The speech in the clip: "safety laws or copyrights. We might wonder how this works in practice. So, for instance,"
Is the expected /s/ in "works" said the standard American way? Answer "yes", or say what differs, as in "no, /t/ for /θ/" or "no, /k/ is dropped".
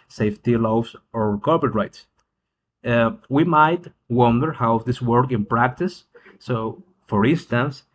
no, /s/ is dropped